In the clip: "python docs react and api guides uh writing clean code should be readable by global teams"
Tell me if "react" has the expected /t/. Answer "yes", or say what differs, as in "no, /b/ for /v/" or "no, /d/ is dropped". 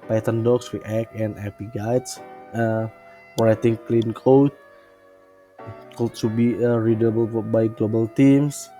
no, /t/ is dropped